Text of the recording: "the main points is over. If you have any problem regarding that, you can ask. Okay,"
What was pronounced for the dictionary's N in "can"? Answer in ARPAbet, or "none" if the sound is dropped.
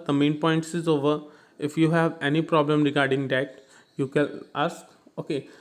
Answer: L